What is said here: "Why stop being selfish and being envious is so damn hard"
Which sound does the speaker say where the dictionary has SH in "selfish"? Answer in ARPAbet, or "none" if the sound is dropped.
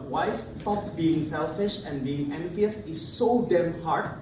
SH